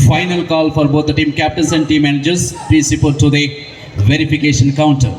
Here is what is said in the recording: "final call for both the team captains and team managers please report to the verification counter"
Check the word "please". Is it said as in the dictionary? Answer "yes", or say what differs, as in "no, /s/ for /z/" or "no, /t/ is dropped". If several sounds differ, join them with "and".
no, /l/ is dropped